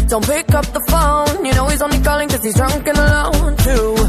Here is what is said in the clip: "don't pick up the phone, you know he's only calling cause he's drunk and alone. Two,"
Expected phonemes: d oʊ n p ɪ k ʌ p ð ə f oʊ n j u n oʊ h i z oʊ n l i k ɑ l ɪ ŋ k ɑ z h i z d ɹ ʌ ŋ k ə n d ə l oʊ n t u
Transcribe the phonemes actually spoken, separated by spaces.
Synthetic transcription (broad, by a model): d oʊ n p ɪ k ʌ p ð ə f oʊ n j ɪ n oʊ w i z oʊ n i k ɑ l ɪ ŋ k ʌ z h i z d ɹ ʌ ŋ k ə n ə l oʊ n t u